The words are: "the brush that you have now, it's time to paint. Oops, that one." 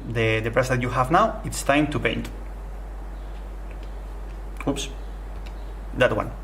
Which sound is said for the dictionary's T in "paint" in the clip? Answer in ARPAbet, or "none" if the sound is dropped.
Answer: T